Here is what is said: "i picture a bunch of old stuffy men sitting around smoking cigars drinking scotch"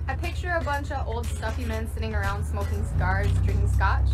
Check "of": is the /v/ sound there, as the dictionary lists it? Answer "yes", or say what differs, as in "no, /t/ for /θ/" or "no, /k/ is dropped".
yes